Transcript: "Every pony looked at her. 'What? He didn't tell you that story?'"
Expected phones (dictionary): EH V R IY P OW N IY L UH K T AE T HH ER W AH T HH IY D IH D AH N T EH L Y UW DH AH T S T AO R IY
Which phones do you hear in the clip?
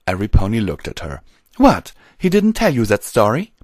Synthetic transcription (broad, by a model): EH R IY P OW N IY L UH K T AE T HH ER W AH T HH IY D IH D N T EH L Y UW DH AH T S T AO R IY